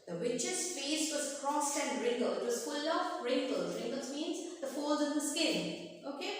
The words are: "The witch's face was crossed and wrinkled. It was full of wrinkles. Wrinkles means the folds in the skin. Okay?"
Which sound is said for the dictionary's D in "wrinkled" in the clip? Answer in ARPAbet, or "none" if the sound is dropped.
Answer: none